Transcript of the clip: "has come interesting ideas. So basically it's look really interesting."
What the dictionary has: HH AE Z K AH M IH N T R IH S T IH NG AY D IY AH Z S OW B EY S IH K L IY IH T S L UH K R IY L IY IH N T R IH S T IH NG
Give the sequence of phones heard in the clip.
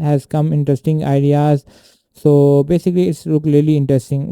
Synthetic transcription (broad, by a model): HH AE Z K AH M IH N T R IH S T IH NG AY D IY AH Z S OW B EY S IH K L IY IH T S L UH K L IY L IY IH N T R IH S T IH NG